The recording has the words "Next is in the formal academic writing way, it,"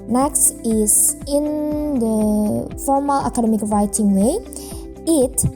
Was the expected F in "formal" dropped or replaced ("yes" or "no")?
no